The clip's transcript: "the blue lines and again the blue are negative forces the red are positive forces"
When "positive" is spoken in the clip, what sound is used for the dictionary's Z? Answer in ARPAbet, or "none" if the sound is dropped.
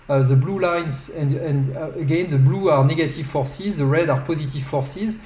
Z